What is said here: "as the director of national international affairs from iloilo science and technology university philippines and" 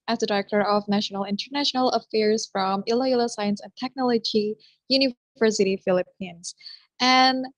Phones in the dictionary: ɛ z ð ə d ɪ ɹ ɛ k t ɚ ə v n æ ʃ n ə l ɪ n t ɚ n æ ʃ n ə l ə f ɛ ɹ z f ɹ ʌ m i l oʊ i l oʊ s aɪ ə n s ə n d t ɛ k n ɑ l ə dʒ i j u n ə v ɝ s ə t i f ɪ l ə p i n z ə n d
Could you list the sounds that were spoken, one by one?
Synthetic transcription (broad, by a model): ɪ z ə d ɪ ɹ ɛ k t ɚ ə v n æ ʃ n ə l ɪ n t ɚ n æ ʃ n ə l ə f ɛ ɹ z f ɹ ʌ m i l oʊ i l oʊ s aɪ ə n s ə n t ɛ k n ɑ l ə dʒ i j u n ə v ɝ s ə t i f ɪ l ə p i n z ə n